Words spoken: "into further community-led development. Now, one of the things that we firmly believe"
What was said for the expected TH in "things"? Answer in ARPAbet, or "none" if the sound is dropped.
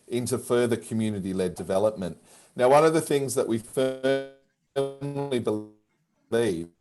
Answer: TH